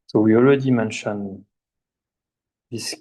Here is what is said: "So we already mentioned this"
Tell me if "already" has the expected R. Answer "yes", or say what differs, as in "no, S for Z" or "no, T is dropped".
no, L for R